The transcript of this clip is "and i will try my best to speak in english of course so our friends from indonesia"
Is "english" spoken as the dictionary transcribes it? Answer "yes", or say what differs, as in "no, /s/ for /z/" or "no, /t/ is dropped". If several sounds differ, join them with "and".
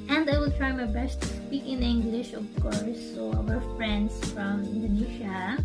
yes